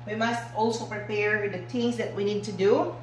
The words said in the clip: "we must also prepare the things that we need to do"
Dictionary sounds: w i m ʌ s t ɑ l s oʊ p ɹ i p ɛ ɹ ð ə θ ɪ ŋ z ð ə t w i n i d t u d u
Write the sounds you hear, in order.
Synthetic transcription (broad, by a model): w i m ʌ s t ɑ l s oʊ p ɹ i p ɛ ɹ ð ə t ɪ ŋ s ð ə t w i n i d t u d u